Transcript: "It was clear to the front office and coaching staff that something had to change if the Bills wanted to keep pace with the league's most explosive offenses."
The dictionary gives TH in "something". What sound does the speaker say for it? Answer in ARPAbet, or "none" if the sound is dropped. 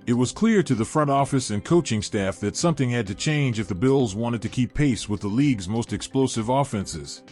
TH